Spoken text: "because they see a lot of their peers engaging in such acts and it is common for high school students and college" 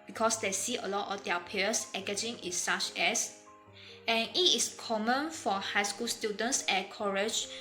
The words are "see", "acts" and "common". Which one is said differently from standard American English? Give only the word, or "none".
acts